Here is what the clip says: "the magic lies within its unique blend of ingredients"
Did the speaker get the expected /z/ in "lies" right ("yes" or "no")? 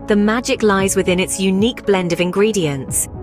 yes